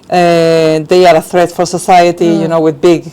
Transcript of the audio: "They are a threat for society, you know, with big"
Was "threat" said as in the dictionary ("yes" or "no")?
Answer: yes